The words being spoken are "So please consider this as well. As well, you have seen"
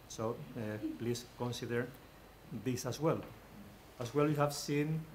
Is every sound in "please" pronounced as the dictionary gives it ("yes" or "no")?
no